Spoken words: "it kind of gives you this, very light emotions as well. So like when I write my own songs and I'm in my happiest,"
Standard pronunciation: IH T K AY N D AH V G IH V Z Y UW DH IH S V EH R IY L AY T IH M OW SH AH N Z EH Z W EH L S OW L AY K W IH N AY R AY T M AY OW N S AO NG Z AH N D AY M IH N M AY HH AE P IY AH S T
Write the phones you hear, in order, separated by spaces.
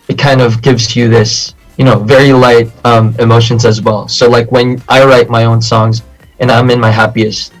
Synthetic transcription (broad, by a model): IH T K AY N D AH V G IH V Z Y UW DH IH S V EH R IY L AY T IH M OW SH AH N Z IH Z W EH L S OW L AY K W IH N AY R AY T M AY OW N S AO NG Z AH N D AY M IH N M AY HH AE P IY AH S T